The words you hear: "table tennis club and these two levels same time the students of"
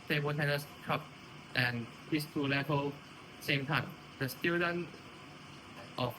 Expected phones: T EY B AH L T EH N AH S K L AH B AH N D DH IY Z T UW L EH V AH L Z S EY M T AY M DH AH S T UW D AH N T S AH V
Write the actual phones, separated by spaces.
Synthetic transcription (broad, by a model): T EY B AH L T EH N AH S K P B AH N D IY S T UW L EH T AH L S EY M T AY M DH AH S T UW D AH N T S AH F